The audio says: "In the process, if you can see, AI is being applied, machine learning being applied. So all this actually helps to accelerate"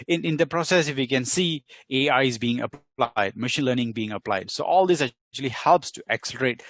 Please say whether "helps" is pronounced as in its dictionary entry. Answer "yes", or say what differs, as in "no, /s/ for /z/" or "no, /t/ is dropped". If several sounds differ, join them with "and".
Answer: yes